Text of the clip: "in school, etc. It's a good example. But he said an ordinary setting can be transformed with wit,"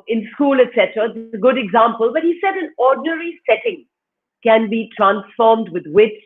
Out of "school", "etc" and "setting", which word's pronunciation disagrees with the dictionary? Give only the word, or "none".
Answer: none